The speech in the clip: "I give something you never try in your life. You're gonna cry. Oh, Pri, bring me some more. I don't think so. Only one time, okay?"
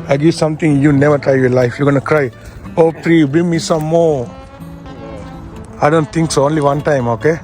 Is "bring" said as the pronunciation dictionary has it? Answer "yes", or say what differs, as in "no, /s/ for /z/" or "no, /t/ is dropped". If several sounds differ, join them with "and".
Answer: no, /ɹ/ is dropped